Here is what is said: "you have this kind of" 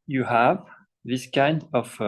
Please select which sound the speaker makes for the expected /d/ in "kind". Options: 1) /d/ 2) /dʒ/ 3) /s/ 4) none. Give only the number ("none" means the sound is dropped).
1